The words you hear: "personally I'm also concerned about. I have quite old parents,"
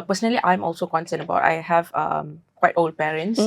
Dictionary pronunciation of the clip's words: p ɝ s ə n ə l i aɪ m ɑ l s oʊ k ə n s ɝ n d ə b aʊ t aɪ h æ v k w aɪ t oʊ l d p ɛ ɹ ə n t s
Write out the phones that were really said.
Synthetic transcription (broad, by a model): p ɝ s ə n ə l i aɪ m ɑ l s oʊ k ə n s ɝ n ə b aʊ t aɪ h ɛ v k w aɪ t oʊ l d p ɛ ɹ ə n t s